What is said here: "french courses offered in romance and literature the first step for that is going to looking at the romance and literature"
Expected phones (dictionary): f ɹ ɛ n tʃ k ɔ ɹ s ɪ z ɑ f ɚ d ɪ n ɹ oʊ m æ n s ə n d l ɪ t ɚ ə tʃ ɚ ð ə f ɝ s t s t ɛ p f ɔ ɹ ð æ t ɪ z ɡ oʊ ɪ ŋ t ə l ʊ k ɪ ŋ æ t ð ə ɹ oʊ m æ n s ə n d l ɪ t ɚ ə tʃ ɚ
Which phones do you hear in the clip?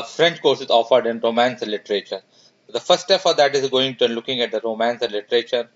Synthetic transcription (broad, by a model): f ɹ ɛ n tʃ k ɔ ɹ s ɪ z ɑ f ɚ d ɪ n ɹ oʊ m æ n s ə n l ɪ t ɚ ə tʃ ɚ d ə f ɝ t s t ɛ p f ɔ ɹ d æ t ɪ z ɡ oʊ ɪ ŋ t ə l ʊ k ɪ ŋ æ t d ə ɹ oʊ m æ n s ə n l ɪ t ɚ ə tʃ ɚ